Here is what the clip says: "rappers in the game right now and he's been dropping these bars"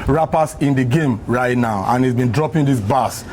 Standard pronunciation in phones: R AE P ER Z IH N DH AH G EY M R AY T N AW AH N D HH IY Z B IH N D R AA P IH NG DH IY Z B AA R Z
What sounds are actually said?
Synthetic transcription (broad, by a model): R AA P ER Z IH N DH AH G EY M R AY T N AW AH N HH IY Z B IH N D R AA P IH NG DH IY S B AA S